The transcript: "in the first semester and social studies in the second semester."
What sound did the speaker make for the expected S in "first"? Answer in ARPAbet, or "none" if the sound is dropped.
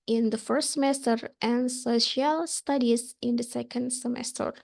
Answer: S